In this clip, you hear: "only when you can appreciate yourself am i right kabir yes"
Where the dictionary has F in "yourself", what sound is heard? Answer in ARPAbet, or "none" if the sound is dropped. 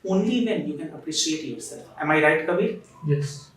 none